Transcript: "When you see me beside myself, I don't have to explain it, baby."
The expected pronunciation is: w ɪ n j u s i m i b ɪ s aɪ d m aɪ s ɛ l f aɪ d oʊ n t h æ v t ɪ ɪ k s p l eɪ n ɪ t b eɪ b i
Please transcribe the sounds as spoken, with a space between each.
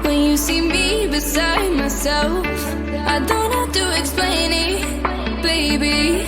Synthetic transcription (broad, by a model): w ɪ n j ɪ s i m i b ɪ s aɪ d m aɪ s ɛ l f aɪ d oʊ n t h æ f t ɪ ɪ k s p l eɪ n ɪ t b eɪ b i